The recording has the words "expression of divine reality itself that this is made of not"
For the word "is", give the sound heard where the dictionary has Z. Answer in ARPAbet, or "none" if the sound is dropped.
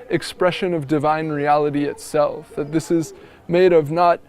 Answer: Z